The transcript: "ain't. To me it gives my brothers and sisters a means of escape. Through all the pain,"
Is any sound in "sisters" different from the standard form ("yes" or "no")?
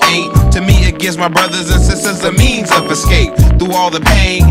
no